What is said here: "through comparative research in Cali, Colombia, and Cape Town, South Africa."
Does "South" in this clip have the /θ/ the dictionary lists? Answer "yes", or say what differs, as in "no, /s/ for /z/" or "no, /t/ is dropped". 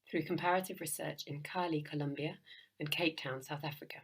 yes